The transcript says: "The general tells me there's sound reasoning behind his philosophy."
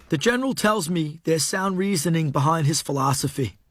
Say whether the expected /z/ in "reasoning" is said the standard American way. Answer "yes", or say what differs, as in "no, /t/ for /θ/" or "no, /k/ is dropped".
yes